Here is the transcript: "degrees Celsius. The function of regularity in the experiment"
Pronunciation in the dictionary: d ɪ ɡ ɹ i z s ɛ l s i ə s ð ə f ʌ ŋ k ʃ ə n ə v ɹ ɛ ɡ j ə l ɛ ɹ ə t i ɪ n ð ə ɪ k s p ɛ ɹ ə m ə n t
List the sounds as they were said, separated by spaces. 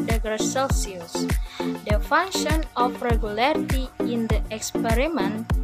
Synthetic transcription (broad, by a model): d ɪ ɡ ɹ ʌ s ɛ l s i ə s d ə f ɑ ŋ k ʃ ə n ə f ɹ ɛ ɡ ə l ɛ ɹ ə t i ɪ n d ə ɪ k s p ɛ ɹ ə m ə n